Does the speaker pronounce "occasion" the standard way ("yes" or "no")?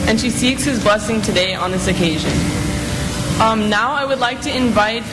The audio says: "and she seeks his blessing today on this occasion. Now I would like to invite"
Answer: yes